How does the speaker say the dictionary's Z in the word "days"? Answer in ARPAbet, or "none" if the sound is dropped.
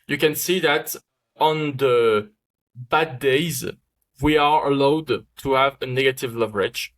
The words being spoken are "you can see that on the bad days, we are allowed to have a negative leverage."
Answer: Z